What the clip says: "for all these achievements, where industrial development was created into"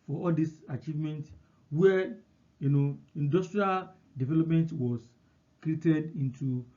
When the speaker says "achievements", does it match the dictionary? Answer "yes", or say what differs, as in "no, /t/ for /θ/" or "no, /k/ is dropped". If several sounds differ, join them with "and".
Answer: no, /s/ is dropped